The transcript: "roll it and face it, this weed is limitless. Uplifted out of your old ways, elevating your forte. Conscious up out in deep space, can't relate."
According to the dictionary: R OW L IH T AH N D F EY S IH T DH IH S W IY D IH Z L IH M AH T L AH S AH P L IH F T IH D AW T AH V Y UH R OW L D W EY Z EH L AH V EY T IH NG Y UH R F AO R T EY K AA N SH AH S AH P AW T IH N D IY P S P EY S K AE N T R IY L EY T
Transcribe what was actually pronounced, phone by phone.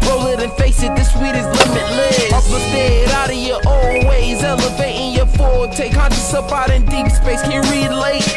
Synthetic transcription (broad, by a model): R OW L IH T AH N F EY S IH T DH IH S W IY D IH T L IH M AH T L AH AH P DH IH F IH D AW T AH V Y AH R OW L W EY Z EH L AH V EY T IH NG Y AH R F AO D T EY K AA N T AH S AH P AW T IH N D IY P S P EY S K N R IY L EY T